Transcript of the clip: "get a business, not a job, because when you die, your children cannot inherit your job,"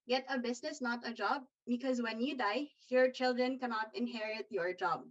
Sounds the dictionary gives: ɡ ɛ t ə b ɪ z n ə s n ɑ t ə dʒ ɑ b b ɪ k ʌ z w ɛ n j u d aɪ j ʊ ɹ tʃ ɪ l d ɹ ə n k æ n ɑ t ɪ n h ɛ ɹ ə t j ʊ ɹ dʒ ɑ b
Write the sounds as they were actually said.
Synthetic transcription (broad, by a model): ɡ ɛ t ə b ɪ z n ə s n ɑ t ə dʒ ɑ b b ɪ k ʌ z w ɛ n j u d aɪ j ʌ ɹ tʃ ɪ l d ɹ ə n k æ n ɑ t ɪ n h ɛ ɹ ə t j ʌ ɹ dʒ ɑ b